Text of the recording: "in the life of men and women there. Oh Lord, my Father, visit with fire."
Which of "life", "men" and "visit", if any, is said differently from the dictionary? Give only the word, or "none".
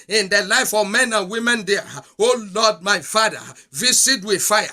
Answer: visit